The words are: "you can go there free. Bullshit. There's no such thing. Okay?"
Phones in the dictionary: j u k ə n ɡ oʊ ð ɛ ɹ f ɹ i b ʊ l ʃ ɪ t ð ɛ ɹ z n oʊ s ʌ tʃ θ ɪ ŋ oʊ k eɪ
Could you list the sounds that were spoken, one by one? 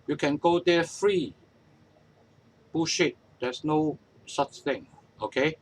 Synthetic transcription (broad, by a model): j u k ə n ɡ oʊ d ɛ f ɹ i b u ʃ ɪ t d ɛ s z n oʊ s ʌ tʃ θ ɪ ŋ oʊ k eɪ